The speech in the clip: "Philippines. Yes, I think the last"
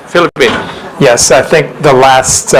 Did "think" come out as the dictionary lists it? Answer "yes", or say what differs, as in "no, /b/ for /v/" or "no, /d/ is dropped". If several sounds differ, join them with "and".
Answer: yes